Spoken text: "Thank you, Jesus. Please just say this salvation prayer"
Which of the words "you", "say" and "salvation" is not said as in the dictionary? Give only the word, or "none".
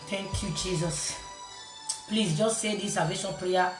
salvation